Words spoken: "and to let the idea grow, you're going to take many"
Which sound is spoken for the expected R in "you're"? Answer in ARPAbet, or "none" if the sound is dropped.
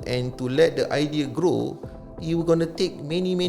W